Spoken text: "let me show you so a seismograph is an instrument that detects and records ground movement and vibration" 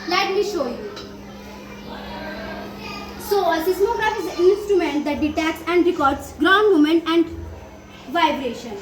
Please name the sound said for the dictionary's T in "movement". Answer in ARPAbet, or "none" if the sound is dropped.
none